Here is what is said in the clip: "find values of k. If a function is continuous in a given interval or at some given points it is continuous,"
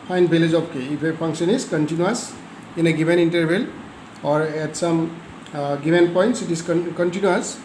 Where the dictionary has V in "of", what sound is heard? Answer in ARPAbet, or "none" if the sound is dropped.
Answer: P